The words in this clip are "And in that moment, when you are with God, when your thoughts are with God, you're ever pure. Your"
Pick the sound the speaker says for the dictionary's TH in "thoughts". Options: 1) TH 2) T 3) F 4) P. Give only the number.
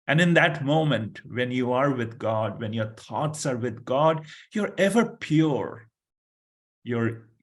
2